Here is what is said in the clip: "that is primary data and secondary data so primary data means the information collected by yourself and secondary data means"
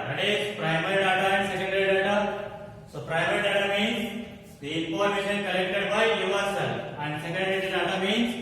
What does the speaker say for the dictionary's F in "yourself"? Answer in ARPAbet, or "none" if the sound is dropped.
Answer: none